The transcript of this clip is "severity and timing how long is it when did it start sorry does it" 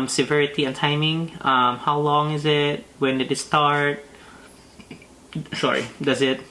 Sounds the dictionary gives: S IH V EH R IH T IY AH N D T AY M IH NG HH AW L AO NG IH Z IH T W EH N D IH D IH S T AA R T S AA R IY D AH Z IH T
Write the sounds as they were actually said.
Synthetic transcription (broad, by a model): S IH V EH R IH T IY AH N T AY M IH NG HH AW L AO NG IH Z IH T W EH N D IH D IH S T AA R T S AA R IY D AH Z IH T